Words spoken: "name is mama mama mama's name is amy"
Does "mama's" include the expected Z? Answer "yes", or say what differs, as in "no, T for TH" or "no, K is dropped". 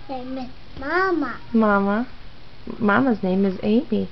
yes